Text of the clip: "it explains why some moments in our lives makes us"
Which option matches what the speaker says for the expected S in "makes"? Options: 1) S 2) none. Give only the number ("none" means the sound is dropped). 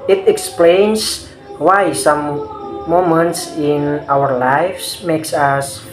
1